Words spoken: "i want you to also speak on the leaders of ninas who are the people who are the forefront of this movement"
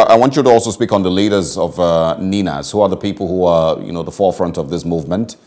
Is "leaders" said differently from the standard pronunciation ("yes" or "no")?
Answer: no